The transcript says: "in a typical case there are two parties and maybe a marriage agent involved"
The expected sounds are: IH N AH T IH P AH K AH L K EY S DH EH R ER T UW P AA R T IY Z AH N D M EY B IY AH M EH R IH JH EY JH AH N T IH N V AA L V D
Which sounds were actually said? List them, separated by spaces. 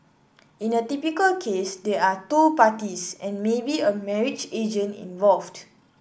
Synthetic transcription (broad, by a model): IH N AH T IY P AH K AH L K EY S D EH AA T UW P AA T IY S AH N M EY B IY AH M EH R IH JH EY JH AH N IH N V AA L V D